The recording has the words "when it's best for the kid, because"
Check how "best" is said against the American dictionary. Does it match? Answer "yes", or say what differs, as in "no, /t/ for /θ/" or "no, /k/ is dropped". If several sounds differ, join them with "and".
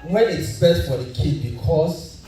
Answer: no, /s/ is dropped